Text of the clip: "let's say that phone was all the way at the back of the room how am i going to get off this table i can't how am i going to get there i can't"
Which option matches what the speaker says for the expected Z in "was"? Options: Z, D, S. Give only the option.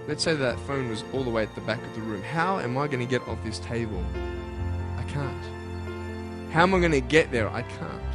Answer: Z